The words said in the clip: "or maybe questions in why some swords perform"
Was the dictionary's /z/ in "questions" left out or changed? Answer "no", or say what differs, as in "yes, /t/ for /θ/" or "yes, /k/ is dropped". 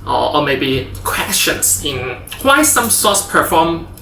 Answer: yes, /s/ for /z/